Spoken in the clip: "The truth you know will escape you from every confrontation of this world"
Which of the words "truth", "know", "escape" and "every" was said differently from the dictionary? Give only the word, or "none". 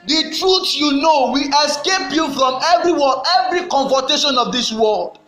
truth